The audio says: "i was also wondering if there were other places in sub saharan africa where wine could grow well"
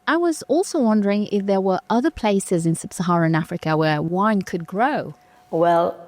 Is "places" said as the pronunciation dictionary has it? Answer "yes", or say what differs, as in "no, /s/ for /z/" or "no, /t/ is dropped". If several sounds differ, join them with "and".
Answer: yes